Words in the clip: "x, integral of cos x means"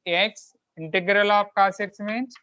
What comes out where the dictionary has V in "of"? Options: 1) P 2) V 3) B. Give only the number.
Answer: 1